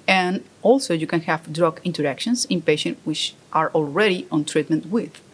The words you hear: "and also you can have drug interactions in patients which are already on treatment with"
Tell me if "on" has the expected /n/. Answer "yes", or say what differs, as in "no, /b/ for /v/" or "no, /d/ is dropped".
yes